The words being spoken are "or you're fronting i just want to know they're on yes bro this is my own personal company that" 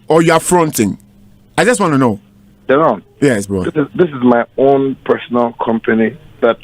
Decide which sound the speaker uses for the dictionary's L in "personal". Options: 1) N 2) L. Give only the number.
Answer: 2